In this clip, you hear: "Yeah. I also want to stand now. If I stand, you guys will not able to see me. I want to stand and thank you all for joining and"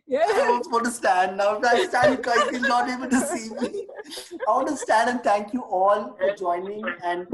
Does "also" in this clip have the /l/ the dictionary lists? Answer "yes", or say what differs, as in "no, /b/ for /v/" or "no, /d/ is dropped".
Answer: no, /l/ is dropped